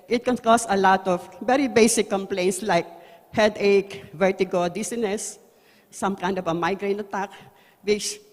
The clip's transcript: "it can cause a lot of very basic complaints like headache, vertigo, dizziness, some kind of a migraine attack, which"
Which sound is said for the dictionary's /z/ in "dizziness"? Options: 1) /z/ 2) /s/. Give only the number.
2